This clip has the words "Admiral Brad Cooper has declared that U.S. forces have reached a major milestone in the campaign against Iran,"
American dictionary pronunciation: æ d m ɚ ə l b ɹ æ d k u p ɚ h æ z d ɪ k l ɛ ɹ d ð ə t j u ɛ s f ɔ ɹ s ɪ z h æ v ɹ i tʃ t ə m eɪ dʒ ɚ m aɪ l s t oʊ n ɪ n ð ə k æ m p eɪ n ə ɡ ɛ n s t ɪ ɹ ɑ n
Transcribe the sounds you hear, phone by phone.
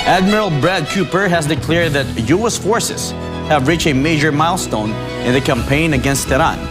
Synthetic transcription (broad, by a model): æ d m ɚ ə l b ɹ æ d k u p ɚ h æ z d ɪ k l ɛ ɹ d ð ə t j u ɛ s f ɔ ɹ s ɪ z h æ v ɹ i tʃ ə m eɪ dʒ ɚ m aɪ l s t oʊ n ɪ n ð ə k æ m p eɪ n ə ɡ ɛ n s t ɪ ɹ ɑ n